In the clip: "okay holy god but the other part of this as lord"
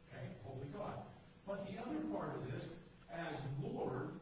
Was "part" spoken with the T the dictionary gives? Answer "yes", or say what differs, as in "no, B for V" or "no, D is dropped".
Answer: yes